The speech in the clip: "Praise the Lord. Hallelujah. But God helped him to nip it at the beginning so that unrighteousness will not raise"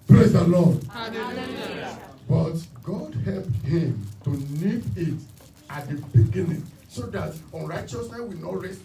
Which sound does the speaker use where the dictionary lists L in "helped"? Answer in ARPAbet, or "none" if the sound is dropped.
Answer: L